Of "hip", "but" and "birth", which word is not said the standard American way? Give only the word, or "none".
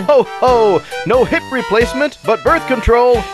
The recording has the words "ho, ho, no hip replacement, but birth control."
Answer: none